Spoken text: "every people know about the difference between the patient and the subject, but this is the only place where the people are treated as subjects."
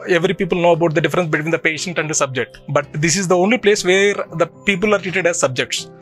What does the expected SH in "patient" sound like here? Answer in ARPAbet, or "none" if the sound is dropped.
SH